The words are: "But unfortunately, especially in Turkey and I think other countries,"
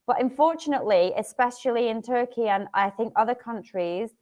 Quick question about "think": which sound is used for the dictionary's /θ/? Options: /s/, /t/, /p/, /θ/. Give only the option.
/θ/